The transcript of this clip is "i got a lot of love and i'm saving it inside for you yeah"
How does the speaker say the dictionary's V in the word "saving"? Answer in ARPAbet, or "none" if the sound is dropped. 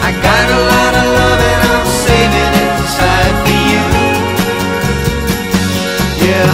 none